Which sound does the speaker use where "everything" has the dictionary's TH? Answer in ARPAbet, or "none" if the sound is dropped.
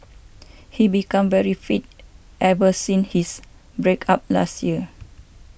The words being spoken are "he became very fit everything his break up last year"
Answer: S